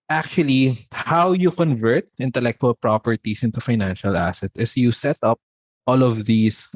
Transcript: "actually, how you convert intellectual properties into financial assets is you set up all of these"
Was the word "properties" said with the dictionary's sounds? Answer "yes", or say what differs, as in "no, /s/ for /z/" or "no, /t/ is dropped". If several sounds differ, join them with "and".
no, /s/ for /z/